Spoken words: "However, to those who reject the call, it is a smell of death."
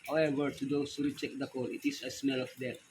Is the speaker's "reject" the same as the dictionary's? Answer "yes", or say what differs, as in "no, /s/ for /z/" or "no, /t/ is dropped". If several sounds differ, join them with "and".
no, /tʃ/ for /dʒ/